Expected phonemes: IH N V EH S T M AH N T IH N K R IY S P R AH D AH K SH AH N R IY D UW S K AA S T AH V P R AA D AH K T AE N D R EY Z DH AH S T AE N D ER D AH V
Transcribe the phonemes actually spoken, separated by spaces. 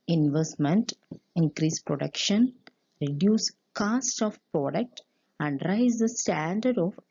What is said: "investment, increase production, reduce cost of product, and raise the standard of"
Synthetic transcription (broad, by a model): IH N V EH S T M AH N T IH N K R IY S P R AH D AH K SH AH N R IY D UW S K AA S T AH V P R AA D AH K T AE N D R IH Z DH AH S T AE N D ER D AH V